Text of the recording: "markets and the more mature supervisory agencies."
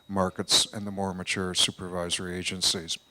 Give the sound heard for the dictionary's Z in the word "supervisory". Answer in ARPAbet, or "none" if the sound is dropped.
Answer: Z